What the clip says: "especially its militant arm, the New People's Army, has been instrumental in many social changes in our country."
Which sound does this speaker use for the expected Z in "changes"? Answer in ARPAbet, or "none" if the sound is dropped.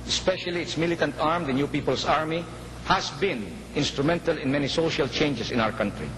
S